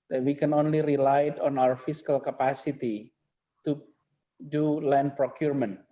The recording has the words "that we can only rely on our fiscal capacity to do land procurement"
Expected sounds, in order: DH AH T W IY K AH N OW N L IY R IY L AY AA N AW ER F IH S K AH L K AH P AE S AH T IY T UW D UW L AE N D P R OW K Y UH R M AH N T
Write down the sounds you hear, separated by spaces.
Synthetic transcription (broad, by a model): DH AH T W IY K AH N OW N L IY R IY L AY AA N AW ER F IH S K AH L K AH P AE S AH T IY T UW D UW L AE N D P R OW K Y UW R M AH N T